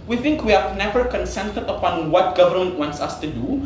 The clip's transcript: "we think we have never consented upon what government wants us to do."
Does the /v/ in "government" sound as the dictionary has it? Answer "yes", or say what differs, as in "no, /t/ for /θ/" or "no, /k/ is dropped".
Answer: yes